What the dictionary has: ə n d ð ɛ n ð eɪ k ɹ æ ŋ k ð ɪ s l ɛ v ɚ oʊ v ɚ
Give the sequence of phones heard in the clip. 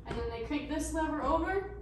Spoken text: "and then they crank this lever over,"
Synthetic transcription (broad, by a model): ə n ð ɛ n ð eɪ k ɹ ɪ k ð ɪ s n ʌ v ɚ oʊ v ɚ